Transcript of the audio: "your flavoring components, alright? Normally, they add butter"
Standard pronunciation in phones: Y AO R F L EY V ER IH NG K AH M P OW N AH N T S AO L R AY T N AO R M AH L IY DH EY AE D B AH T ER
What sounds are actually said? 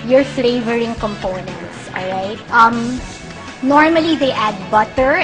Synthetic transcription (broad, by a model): Y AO R F L EY V ER IH NG K AH M P OW N AH N T S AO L R AY T N AO R M AH L IY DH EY AE D B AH T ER